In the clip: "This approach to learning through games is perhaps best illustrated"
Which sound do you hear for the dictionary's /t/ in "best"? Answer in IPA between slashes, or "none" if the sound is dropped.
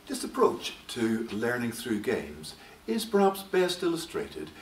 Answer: /t/